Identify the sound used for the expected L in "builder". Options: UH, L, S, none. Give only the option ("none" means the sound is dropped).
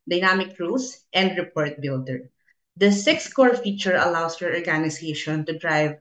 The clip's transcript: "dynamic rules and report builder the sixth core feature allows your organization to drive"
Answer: L